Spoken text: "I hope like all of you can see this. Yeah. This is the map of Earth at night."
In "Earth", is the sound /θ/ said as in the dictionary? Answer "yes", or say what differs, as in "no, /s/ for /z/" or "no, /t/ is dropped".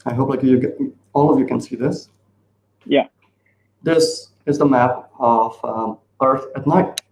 yes